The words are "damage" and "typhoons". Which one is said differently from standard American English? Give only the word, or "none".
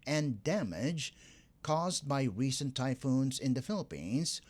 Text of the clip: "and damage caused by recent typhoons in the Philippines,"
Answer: none